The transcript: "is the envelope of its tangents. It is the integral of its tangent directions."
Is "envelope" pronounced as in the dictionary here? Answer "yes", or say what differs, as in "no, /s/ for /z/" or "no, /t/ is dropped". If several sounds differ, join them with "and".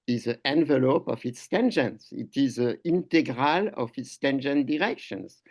yes